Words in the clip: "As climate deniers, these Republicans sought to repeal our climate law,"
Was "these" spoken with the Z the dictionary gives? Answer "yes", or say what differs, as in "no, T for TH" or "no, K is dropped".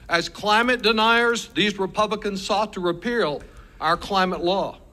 yes